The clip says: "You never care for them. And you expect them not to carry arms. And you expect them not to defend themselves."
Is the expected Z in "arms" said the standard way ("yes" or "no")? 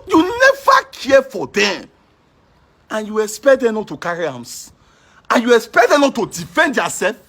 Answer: no